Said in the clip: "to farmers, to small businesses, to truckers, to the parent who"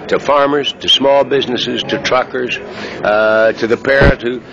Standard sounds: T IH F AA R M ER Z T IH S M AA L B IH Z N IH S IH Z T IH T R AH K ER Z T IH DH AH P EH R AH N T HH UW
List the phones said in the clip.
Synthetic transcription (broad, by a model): T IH F AA R M ER Z T IH S M AA L B IH Z N IH S IH Z T IH T R AH K ER Z T IH DH AH P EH R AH T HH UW